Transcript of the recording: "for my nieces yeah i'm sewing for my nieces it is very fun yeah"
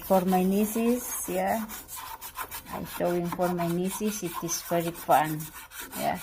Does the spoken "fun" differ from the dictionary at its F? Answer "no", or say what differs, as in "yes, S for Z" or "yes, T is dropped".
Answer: yes, P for F